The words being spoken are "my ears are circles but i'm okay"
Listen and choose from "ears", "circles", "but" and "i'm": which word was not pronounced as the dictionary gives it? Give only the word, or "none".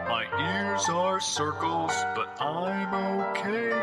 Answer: none